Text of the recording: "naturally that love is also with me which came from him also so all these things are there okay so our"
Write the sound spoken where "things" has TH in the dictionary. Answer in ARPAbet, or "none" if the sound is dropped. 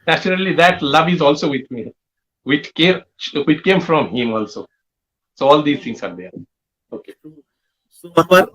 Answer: T